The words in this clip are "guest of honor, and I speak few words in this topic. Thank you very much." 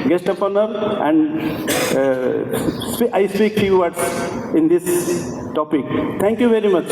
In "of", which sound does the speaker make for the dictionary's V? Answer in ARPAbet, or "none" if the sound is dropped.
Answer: P